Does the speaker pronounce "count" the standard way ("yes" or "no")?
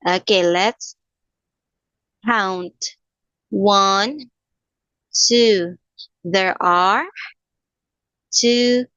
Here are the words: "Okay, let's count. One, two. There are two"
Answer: yes